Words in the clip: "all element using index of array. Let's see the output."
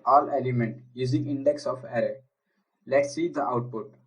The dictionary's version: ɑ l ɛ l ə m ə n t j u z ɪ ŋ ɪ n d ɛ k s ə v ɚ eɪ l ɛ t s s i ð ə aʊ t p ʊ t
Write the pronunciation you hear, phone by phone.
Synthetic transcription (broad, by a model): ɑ l ɛ l ə m ə n t j u z ɪ ŋ ɪ n d ɛ k s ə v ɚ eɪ l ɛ t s s i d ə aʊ t p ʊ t